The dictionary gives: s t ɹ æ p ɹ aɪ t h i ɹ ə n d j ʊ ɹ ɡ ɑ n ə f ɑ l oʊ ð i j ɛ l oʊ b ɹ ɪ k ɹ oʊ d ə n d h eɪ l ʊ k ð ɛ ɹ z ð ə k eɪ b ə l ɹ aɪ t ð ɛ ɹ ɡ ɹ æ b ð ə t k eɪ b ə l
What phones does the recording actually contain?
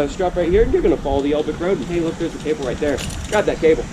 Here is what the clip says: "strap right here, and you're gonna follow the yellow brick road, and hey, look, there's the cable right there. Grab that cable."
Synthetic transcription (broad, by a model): s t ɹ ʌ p ɹ aɪ t h i ɹ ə n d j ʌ ɹ ɡ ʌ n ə f ɑ l oʊ ð i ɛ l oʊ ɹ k ɹ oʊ ə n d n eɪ l ʊ k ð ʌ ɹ z ð ə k eɪ b l ɹ aɪ t ð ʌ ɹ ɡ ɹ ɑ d ð ə t k eɪ b l